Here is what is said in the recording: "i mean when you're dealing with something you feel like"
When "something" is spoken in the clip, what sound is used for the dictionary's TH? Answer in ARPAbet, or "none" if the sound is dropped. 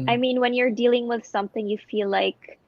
TH